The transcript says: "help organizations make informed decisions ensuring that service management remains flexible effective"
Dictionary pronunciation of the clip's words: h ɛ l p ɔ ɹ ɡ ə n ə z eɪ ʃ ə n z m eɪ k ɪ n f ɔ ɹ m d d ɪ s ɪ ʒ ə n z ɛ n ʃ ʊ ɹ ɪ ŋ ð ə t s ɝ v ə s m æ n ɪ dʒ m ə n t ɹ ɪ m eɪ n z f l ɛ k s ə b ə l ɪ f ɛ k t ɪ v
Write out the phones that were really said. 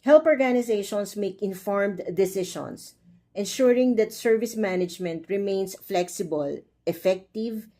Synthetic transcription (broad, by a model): h ɛ l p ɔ ɹ ɡ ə n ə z eɪ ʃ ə n s m eɪ k ɪ n f ɔ ɹ m d d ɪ s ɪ ʃ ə n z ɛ n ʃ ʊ ɹ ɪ ŋ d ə t s ɝ v ə s m æ n ɪ dʒ m ə n t ɹ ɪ m eɪ n s f l ɛ k s ə b ə l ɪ f ɛ k t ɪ v